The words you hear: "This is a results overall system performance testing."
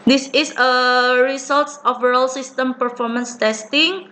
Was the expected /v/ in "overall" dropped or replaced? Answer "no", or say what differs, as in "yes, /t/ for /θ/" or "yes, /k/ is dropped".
yes, /f/ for /v/